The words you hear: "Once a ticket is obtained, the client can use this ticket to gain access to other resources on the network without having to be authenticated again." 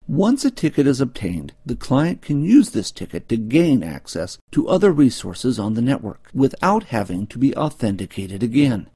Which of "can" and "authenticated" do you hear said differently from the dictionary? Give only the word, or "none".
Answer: none